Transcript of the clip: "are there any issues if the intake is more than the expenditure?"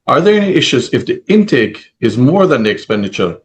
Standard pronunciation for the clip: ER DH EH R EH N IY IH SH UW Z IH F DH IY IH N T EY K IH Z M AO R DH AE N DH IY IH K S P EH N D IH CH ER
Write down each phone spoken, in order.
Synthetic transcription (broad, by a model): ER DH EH R EH N IY IH SH UW Z IH F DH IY IH N T EY K IH Z M AO R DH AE N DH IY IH K S P EH N D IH CH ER